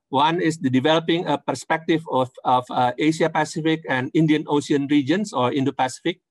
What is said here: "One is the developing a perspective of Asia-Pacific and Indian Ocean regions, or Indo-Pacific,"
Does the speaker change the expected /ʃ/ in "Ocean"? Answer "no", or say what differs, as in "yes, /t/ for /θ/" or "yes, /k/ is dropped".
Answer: yes, /s/ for /ʃ/